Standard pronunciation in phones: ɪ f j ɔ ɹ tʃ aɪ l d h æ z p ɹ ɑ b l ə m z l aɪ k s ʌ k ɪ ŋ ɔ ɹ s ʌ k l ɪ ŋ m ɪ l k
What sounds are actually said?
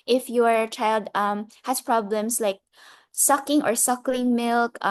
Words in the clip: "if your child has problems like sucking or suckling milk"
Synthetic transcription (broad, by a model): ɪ f j ɔ ɹ tʃ aɪ l d h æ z p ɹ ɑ b l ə m s l aɪ k s ʌ k ɪ ŋ ɔ ɹ s ʌ k l ɪ ŋ m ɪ l k